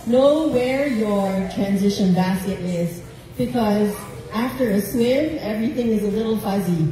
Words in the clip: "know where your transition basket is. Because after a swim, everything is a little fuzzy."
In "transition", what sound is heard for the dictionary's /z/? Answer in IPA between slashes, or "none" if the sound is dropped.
/z/